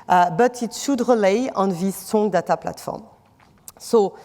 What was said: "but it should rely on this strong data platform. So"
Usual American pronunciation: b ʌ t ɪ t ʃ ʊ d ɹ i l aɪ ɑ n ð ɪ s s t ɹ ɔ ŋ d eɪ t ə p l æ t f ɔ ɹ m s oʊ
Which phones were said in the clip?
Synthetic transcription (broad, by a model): b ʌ t ɪ t ʃ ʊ d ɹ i l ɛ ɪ n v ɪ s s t ɔ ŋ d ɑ t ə p l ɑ t f ɔ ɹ m s oʊ